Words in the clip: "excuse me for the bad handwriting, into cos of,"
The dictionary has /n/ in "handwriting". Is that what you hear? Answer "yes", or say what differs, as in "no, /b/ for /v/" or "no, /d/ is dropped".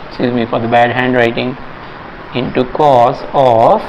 yes